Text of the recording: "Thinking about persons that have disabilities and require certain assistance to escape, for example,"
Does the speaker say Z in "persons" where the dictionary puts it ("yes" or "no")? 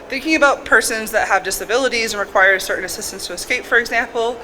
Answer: yes